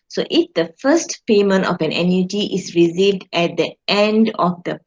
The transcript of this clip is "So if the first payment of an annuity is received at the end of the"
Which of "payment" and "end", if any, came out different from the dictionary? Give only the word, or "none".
none